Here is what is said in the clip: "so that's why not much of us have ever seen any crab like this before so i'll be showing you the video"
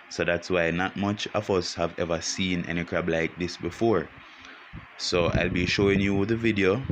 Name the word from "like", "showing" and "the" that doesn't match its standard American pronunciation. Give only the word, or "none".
none